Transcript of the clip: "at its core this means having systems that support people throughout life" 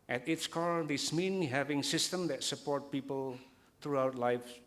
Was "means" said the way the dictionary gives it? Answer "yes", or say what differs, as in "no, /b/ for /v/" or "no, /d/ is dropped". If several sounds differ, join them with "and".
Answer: no, /z/ is dropped